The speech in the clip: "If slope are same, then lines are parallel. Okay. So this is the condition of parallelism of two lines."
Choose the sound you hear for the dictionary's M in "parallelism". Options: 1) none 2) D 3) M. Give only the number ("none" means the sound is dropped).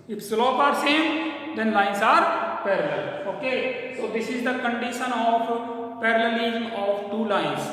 1